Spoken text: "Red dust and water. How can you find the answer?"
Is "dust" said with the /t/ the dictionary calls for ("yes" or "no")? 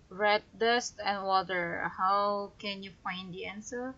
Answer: yes